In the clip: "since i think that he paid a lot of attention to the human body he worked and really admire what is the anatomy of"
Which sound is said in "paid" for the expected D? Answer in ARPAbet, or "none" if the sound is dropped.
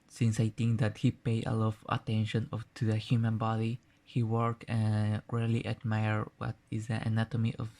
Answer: none